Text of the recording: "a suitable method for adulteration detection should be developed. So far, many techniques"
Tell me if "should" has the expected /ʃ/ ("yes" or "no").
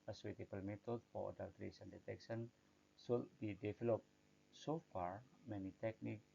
no